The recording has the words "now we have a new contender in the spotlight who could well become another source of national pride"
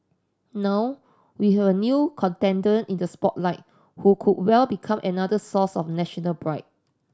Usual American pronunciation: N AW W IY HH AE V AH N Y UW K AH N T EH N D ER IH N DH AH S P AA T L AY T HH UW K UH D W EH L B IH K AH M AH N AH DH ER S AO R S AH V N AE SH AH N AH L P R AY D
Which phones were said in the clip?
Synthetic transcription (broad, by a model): N AW W IY HH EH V AH N Y UW K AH N T EH N D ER IH N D AH S P AA T L AY T HH UW K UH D W EH L B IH K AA M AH N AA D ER S AO S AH F N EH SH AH N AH L B R AY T